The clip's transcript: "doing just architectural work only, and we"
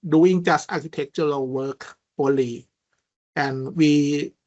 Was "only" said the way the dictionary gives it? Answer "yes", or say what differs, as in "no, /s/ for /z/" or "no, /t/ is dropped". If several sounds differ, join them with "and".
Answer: no, /n/ is dropped